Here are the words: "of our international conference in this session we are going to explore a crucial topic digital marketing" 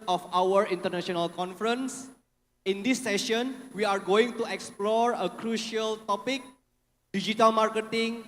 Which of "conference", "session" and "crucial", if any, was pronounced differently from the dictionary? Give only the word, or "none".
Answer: none